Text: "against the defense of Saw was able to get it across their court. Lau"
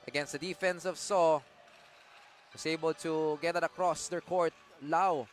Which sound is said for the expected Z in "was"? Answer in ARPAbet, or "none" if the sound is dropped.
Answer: S